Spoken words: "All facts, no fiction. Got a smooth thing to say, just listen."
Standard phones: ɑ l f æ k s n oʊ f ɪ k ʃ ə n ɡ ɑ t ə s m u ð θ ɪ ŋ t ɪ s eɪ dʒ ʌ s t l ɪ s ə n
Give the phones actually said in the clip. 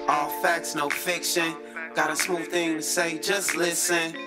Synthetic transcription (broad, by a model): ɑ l f æ k s n oʊ f ɪ k ʃ ə n ɡ ɑ t ə s m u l θ ɪ ŋ t ɪ s eɪ dʒ ʌ s t l ɪ s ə n